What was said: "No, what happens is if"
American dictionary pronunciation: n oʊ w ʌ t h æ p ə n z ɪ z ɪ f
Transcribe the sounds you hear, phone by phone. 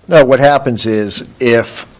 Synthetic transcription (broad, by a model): n oʊ w ʌ t h æ p ə n z ɪ z ɪ f